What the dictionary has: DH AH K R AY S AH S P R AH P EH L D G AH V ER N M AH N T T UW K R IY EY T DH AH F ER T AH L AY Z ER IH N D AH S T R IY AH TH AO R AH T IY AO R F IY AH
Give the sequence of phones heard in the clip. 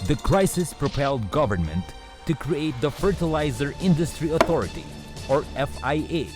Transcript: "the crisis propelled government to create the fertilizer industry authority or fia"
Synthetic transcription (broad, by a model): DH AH K R AY S AH S P R AH P EH L D G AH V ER N M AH N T T UW K R IY EY T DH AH F ER T AH L AY Z ER IH N D AH S T R IY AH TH AO R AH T IY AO R F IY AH